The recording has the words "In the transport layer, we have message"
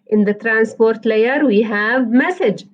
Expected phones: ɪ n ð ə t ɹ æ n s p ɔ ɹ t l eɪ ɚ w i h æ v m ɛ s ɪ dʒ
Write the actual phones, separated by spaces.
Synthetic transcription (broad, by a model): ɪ n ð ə t ɹ æ n s p ɔ ɹ t l eɪ ɚ w i h æ v m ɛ s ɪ dʒ